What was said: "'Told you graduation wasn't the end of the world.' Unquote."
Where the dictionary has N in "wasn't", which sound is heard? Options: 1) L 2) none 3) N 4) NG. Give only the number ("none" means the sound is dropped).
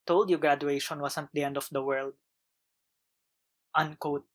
2